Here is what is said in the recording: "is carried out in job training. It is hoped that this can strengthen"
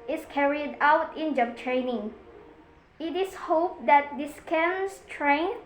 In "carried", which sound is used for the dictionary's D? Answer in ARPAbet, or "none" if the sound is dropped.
D